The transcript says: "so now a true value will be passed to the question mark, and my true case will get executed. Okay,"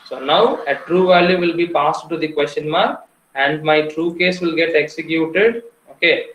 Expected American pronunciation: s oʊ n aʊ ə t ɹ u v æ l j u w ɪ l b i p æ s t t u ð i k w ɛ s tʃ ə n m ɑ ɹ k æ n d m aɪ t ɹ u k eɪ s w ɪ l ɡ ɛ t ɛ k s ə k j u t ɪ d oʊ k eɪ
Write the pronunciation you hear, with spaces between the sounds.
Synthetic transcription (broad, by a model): s oʊ n aʊ ə t ɹ u v æ l j u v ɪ l b i p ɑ s t t u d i k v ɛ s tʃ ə n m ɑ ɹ æ n d m aɪ t ɹ u k eɪ s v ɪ l ɡ ɛ t ɛ k s ə k j u t ɪ d oʊ k eɪ